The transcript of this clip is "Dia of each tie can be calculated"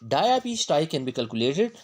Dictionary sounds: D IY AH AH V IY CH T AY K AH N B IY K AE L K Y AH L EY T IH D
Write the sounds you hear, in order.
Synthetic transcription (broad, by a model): D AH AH P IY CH T AY K AH N B IY K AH L K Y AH L EY T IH D